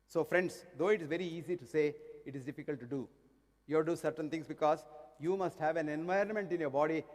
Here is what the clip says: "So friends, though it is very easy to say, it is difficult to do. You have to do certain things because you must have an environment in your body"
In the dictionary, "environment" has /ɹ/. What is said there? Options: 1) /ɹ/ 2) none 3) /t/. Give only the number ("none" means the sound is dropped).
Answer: 1